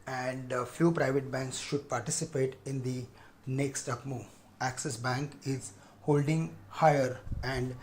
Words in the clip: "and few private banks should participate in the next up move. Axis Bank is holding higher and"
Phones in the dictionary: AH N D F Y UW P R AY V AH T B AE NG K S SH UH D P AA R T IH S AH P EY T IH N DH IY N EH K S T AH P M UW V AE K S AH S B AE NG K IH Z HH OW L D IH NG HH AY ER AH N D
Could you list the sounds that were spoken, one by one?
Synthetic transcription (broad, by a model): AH N D F Y UW P R AY V AH T B AE NG K S SH UH D P AA R T IH S AH P EY T IH N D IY N EH K S T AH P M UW AE K S AH S B AE NG K IH Z HH OW L D IH NG HH AY ER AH N D